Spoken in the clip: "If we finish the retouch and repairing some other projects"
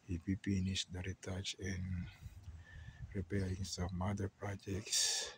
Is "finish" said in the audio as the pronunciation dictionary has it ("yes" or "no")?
no